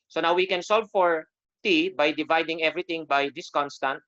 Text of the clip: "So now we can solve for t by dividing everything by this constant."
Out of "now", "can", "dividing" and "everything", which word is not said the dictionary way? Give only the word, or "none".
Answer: everything